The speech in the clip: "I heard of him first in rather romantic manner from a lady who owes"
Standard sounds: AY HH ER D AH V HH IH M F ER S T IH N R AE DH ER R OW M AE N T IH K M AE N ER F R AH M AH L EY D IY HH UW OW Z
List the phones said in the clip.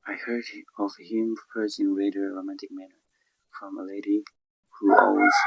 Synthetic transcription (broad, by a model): AY HH ER D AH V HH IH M P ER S IH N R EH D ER R OW M AE N T IH K M AE N ER F R AH M AH L EY D IY HH UW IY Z